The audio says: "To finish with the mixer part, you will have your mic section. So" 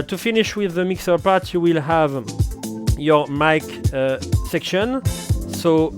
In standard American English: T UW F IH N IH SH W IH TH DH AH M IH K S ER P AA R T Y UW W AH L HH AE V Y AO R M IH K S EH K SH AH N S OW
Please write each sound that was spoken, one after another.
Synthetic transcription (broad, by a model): T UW F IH N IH SH W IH DH AH M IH K S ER P AA R T Y UW W AH L HH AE V Y AO R M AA K S EH K SH AH N S OW